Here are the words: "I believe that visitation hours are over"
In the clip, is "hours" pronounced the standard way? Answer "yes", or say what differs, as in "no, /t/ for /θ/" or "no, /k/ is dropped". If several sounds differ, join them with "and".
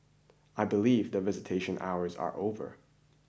yes